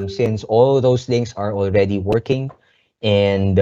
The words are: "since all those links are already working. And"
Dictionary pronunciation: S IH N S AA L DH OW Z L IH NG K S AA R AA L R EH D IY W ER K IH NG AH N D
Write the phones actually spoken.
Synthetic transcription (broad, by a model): S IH N S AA L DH OW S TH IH NG S AA R AA L R EH D IY W ER K IH NG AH N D